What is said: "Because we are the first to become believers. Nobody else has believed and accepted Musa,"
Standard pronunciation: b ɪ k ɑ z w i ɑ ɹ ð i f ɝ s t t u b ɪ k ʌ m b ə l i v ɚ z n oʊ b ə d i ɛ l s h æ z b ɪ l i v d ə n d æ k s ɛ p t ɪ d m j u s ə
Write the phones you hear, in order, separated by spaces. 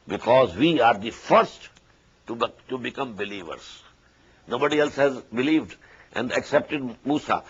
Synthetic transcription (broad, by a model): b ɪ k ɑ z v i ɑ ɹ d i f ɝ s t t u b ɪ k ʌ m b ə l i v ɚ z n oʊ b ə d i ɛ l s h æ z b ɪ l i v d ə n d æ k s ɛ p t ɪ d m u s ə